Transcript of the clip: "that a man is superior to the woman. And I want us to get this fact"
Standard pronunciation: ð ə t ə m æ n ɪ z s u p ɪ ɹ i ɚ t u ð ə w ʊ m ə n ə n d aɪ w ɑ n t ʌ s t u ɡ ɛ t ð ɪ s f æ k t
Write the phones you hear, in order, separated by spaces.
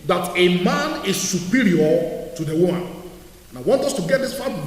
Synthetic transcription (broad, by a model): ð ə t ə m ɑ n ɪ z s u p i ɹ i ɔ t u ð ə w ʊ m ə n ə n aɪ w ɑ n t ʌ s t u ɡ ɛ t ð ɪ s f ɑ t